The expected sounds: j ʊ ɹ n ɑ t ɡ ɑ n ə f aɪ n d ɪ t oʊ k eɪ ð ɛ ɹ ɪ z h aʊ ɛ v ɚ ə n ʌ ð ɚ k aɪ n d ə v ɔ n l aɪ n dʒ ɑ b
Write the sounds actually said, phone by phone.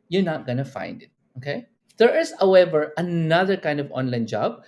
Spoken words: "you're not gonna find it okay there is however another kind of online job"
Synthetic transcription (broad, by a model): j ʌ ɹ n ɑ t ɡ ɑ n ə f aɪ n d ɪ t oʊ k eɪ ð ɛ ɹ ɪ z h aʊ ɛ v ɚ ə n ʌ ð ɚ k aɪ n d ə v ɔ n l aɪ n dʒ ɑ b